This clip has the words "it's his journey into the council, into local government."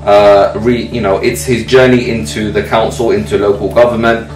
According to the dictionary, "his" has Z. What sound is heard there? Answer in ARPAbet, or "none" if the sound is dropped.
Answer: Z